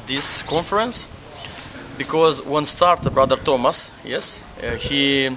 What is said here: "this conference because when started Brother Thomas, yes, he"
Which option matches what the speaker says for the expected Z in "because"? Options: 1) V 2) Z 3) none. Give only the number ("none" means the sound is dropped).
2